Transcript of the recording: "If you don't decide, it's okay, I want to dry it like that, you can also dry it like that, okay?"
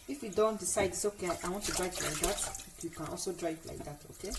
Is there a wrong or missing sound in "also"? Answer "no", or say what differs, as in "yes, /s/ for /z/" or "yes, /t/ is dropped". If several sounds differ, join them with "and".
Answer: no